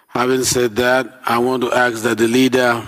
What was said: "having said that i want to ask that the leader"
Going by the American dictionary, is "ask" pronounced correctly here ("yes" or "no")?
no